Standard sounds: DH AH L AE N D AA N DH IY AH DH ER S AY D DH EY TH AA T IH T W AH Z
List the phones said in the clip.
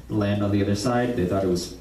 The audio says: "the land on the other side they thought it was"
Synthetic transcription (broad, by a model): L AE N D N DH IY AH DH ER S AY D DH EY TH AA T IH T W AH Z